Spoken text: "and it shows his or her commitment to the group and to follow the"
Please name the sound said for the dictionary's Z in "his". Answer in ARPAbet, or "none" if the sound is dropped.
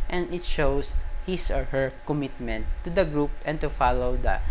S